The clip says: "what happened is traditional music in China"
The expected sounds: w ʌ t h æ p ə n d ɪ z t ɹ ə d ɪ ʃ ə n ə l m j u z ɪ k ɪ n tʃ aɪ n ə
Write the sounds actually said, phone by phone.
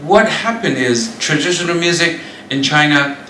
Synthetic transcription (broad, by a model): w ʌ t h æ p ə n d ɪ z t ɹ ə d ɪ ʃ ə n ə l m j u z ɪ k ɪ n tʃ aɪ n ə